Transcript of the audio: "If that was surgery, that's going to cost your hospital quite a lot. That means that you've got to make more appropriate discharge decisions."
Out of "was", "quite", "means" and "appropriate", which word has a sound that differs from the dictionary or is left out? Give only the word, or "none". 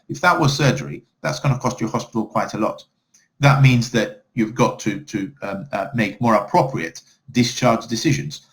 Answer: none